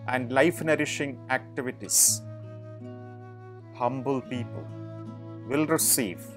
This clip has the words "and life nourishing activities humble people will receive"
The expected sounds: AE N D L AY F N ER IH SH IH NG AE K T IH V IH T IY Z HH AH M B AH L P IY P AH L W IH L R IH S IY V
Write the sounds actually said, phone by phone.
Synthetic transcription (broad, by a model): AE N D L AY F N ER IH SH IH NG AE K T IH V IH T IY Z HH AH M B AH L P IY P AH L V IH L R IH S IY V